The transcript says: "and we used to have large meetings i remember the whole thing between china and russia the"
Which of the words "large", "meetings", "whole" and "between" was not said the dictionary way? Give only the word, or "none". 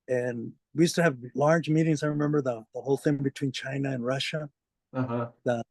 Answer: none